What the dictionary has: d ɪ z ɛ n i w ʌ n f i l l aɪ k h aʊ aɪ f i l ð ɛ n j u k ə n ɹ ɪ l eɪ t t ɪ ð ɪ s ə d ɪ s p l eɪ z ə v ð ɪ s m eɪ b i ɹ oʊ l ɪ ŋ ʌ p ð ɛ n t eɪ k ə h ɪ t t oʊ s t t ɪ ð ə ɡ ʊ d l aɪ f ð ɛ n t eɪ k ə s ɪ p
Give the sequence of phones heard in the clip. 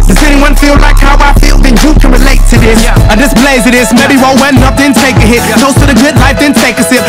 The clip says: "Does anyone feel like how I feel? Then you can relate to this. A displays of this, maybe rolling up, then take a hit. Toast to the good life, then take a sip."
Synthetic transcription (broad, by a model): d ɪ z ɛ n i w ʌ n f i l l aɪ k h aʊ aɪ f i l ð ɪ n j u k ə n ɹ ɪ l eɪ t t ɪ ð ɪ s ə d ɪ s b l eɪ z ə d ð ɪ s m eɪ b i w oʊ ɪ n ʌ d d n t eɪ k ə h ɪ t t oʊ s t t ɪ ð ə ɡ ʊ d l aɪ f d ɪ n t eɪ k ə s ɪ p